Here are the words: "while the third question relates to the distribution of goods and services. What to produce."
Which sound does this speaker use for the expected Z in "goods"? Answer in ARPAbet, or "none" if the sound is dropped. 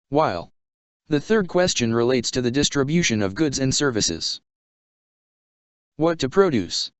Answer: Z